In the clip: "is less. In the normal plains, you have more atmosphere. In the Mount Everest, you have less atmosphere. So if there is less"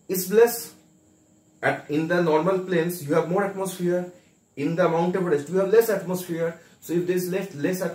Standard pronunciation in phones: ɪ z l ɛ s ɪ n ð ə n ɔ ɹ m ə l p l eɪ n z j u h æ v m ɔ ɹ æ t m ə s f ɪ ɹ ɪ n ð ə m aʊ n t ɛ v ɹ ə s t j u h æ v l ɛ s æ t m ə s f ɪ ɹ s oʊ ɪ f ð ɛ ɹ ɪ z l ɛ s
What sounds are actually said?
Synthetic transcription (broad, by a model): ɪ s l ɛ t ɪ n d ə n ɔ ɹ m ə l p l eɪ n s j u h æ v m ɔ ɹ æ t m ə s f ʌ ɹ ɪ n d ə m aʊ n t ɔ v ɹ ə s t j u h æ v l ɛ s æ t m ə s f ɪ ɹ s oʊ ɪ f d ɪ l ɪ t l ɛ s